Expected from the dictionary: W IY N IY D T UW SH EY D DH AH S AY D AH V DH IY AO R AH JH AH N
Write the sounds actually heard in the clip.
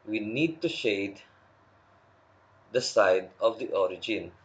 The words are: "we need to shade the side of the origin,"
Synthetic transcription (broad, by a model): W IY N IY D T UW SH EY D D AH S AY D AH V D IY AO R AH JH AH N